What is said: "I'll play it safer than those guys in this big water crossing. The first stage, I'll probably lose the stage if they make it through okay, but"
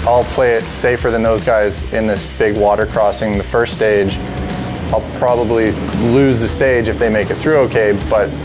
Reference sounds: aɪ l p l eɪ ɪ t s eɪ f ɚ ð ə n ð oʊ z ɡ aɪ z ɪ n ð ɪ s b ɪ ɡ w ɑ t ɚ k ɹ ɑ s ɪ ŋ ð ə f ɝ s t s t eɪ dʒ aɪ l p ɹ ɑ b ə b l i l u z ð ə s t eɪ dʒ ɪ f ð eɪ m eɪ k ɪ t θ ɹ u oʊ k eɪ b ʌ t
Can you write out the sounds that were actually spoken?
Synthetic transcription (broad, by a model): aɪ l p l eɪ ɪ t s eɪ f ɚ ð ə n ð oʊ z ɡ aɪ z ɪ n ð ɪ s b ɪ ɡ w ɑ t ɚ k ɹ ɑ s ɪ ŋ ð ə f ɝ s t s t eɪ dʒ aɪ l p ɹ ɑ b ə b l i l u z ð ə s t eɪ dʒ ɪ f ð eɪ m eɪ k ɪ t θ ɹ u oʊ k eɪ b ʌ t